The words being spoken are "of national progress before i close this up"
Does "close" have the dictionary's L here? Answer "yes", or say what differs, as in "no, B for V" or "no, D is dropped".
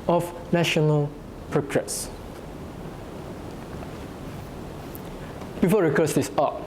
no, L is dropped